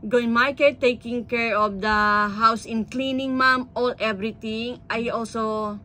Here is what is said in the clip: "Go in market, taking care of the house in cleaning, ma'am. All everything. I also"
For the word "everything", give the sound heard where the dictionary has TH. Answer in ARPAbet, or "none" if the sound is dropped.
T